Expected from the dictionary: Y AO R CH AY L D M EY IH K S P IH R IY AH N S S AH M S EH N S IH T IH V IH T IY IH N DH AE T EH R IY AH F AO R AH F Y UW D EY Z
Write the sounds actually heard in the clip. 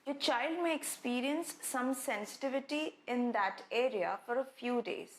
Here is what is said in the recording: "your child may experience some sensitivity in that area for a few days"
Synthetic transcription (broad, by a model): Y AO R CH AY L D M EY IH K S P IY R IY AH N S S AH M S EH N S IH T IH V IH T IY IH N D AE T EH R IY AH F AO R AH F Y UW D EY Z